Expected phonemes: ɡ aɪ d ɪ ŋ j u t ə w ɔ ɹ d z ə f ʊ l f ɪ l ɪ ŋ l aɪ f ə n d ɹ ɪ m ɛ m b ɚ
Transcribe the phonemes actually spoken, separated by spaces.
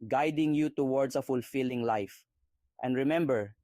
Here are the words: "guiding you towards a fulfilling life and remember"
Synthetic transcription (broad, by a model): ɡ aɪ d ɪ ŋ j u t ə w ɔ ɹ d s ə f ʊ l f ɪ l ɪ ŋ l aɪ f ə n d ɹ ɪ m ɛ m b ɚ